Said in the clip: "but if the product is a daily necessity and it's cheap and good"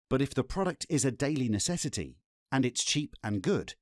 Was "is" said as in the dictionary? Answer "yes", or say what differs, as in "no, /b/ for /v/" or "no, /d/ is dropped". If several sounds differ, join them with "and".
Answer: yes